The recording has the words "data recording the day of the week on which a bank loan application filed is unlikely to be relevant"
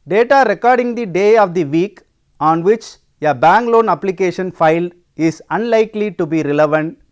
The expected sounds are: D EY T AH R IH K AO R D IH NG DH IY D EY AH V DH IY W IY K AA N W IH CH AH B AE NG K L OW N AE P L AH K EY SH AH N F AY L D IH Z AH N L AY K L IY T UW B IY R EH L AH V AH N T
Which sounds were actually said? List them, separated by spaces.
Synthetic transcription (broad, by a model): D EY T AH R IH K AO R D IH NG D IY D EY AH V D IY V IY K AA N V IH CH AH B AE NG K L OW N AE P L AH K EY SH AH N F AY L IH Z AH N L AY K L IY T UW B IY R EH L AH V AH N T